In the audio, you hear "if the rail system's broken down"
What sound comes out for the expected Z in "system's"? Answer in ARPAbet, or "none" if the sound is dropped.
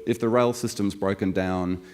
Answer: Z